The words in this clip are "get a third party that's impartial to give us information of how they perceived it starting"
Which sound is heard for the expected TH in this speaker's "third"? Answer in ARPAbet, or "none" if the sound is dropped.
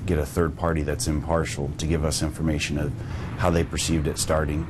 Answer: TH